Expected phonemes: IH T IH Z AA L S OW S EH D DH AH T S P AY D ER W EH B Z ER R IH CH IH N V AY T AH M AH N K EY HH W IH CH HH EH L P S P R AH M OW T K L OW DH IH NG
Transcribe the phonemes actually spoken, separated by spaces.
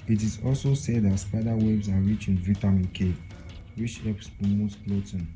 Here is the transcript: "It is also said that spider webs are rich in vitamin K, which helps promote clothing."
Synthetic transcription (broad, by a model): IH T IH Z AA L S OW S EH D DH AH T S P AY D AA W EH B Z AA R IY CH IH N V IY T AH M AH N K EY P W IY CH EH P S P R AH M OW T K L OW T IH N